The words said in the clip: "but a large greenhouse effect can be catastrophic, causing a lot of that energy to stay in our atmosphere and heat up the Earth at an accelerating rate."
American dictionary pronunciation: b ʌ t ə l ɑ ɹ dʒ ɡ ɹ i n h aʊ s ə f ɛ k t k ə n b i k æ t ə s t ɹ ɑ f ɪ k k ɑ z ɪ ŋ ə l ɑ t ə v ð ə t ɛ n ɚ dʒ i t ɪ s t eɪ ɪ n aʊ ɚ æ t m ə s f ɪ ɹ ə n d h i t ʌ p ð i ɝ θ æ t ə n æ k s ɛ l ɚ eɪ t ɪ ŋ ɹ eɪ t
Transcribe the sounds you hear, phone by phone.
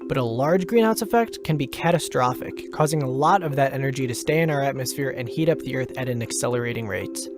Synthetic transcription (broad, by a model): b ʌ t ə l ɑ ɹ dʒ ɡ ɹ i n aʊ s ə f ɛ k t k ə n b i k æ t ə s t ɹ ɑ f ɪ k k ɑ z ɪ ŋ ə l ɑ t ə v ð ə t ɛ n ɚ dʒ i t ɪ s t eɪ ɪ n aʊ ɚ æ t m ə s f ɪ ɹ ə n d h i t ʌ p ð i ɝ θ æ t ə n æ k s ɛ l ɚ eɪ t ɪ ŋ ɹ eɪ t